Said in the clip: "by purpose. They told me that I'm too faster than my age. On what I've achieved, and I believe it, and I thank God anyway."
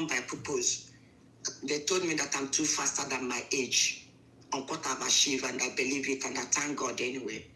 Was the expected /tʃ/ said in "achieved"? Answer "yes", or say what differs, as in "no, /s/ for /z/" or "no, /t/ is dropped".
no, /ʃ/ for /tʃ/